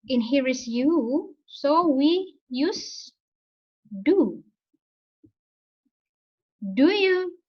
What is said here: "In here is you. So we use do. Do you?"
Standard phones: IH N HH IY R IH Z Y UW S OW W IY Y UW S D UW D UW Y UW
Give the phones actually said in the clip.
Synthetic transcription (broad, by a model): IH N HH IY R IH S Y UW S OW W IY Y UW S D UW D UW Y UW